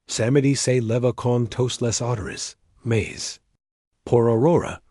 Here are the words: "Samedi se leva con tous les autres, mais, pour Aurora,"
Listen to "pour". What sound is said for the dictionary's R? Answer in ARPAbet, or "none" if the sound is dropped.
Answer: R